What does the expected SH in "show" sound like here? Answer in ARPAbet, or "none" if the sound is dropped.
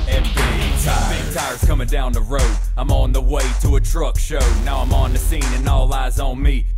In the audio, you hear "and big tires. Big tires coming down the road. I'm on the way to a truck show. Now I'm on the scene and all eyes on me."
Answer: SH